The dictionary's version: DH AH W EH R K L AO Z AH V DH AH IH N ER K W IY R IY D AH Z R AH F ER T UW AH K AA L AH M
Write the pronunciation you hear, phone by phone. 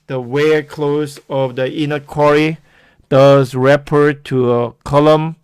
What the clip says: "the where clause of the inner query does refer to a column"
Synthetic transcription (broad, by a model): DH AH W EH K L AO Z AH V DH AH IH N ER K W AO R IY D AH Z R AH P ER T UW AH K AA L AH M